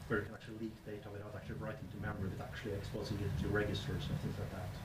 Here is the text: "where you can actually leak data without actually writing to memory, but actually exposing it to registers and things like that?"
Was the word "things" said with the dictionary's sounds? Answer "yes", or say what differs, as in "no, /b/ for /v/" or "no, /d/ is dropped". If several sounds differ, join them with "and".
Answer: yes